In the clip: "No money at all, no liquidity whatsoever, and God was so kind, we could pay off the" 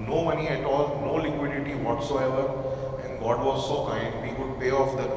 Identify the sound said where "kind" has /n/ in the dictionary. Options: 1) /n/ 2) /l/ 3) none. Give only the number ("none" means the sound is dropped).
3